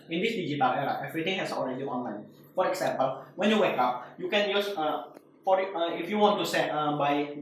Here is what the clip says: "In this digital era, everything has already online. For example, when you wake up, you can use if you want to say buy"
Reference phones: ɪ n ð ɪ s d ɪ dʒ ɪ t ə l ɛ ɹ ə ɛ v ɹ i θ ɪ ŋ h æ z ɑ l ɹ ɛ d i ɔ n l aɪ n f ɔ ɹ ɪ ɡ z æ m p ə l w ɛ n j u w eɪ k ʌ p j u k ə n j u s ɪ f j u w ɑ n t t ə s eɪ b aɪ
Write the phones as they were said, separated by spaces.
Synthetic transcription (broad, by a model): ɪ n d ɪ s d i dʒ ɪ t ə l ɛ ɹ ə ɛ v ɹ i t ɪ ŋ h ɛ s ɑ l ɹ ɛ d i ɔ n l aɪ n f ɔ ɹ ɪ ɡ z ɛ m p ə l w ɛ n j u w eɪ k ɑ p j u k ə n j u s ɪ f j u w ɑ n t s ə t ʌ b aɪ